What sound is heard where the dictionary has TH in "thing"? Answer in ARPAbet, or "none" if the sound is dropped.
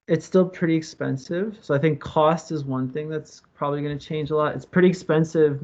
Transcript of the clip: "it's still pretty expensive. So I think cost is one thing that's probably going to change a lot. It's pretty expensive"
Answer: TH